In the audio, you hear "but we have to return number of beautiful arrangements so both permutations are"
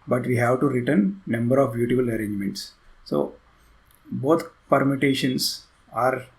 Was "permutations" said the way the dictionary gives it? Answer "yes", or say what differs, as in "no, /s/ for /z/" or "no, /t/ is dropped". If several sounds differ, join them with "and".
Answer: no, /s/ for /z/